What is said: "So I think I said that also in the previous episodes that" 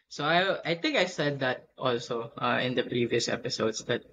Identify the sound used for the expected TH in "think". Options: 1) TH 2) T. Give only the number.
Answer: 2